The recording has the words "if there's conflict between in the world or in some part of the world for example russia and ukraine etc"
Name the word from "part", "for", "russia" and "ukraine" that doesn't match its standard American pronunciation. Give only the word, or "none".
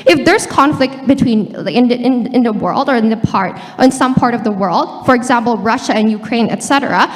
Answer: none